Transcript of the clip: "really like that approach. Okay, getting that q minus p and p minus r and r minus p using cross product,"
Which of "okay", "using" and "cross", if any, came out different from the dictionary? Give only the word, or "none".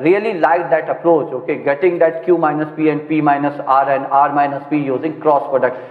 none